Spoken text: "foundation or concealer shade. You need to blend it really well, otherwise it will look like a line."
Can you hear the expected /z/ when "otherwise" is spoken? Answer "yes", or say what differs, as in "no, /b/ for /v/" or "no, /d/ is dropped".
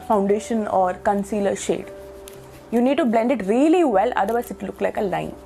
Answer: no, /z/ is dropped